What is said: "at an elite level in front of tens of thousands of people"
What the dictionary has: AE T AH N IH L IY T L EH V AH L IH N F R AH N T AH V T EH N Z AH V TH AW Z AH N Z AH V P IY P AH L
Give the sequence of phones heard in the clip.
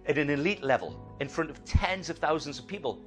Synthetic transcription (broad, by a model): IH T AH N IH L IY T L EH V AH L IH N F R AH N T AH V T EH N Z AH V TH AW Z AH N Z AH V P IY P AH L